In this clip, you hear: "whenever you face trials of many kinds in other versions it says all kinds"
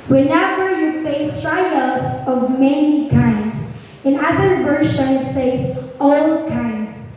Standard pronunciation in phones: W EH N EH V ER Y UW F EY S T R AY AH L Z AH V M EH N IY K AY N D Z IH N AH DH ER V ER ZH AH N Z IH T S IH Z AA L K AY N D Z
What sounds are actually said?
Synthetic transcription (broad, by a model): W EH N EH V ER Y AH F EY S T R AY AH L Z AH V M EH N IY K AY N D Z IH N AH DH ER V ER SH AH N IH T S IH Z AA L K AY N D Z